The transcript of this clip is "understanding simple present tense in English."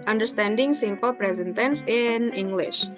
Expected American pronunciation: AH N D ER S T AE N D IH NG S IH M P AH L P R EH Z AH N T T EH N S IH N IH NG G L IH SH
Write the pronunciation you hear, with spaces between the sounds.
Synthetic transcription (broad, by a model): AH N D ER S T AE N D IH NG S IH M P AH L P R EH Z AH N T T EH N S IH N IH NG G L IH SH